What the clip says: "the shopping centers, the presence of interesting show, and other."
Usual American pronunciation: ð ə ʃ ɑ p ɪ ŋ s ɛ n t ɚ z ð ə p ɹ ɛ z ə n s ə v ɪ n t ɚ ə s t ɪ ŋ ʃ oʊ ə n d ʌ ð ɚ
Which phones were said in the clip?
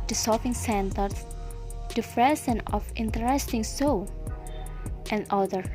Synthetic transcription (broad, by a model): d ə s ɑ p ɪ ŋ s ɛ n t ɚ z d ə f ɹ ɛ s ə n ə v ɪ n t ɚ ə s t ɪ ŋ s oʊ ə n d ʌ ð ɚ